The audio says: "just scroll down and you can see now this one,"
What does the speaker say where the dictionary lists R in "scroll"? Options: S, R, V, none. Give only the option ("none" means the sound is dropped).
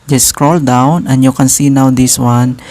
R